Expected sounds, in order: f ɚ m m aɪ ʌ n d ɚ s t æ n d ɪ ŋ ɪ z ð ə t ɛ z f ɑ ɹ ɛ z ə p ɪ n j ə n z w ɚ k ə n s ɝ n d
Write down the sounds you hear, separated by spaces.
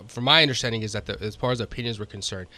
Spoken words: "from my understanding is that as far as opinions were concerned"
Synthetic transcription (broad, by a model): f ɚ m m aɪ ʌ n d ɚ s t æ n d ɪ ŋ ɪ z ð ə t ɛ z p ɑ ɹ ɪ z ə p ɪ n j ə n z w ɚ k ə n s ɝ n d